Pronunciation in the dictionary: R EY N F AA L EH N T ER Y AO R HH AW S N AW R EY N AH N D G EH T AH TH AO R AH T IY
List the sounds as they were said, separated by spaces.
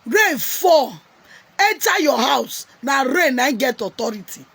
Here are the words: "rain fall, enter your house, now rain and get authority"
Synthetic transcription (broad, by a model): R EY F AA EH T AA Y AO HH AW S N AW R EY N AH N G EH T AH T AO R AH T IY